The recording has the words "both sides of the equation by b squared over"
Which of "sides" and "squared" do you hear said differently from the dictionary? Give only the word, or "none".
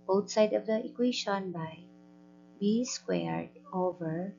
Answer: sides